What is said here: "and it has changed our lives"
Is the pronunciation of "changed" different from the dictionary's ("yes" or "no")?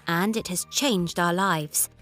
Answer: no